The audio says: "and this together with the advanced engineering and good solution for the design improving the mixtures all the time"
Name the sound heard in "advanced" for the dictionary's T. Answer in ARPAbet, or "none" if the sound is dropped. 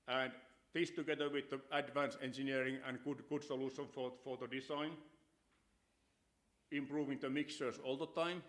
none